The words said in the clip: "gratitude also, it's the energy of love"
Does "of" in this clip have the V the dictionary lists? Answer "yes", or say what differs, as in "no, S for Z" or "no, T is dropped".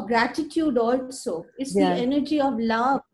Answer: yes